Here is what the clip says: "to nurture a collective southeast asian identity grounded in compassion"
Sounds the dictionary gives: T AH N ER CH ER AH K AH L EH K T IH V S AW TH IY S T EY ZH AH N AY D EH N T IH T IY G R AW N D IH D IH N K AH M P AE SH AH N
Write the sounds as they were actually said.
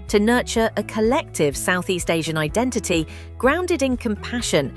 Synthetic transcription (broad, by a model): T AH N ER CH ER AH K AH L EH K T IH V S AW TH IY S T EY ZH AH N AY D EH N T IH T IY G R AW N D IH D IH N K AH M P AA SH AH N